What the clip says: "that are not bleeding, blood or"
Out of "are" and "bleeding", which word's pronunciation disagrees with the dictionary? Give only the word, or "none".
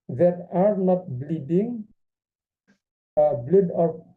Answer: none